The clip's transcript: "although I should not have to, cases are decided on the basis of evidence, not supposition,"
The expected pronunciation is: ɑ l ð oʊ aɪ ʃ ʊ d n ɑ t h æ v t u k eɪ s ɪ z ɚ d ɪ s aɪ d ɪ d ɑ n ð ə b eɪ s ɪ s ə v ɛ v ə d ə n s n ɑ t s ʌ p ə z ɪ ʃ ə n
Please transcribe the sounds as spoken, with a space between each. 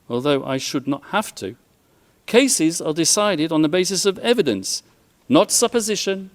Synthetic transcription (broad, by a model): ɑ l ð oʊ aɪ ʃ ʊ d n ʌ t h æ f t u k eɪ s ɪ z ɚ d ɪ s aɪ d ɪ d n ð ə b eɪ s ɪ s ə v ɛ v ə d ə n s n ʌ t s ʌ p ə z ɪ ʃ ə n